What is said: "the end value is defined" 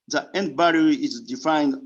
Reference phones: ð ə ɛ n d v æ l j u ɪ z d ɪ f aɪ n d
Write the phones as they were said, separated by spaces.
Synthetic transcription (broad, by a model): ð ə ɛ n d b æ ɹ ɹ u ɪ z d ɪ f aɪ n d